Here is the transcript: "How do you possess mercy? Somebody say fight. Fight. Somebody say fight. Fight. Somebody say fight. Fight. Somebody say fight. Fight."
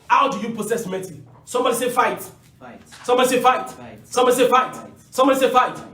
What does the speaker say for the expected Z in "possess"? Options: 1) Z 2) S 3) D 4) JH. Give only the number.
2